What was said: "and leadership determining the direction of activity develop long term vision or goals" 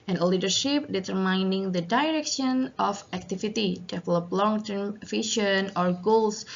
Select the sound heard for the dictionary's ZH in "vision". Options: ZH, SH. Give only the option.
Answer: SH